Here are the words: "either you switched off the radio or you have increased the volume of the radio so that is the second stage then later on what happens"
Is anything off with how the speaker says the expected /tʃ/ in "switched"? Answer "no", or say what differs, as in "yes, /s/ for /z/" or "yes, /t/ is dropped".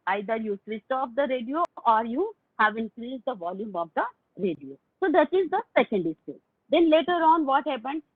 yes, /s/ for /tʃ/